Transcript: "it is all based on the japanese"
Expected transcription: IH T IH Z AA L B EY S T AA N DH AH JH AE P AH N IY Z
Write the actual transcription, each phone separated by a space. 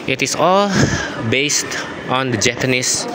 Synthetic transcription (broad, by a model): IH T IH S AA L B EY S T AA N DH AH JH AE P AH N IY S